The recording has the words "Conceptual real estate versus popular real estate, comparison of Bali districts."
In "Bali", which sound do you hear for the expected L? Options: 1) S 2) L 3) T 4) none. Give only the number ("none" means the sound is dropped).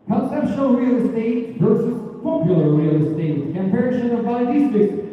4